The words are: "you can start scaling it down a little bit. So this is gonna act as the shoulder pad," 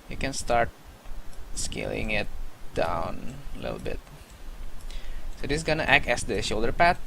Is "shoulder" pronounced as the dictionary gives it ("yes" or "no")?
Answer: yes